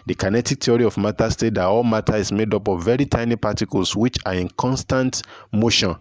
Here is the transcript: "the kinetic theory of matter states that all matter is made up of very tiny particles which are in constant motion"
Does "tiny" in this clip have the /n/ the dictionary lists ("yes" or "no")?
yes